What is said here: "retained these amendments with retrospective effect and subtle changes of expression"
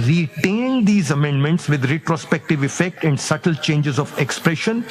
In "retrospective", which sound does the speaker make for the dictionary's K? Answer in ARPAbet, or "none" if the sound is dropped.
K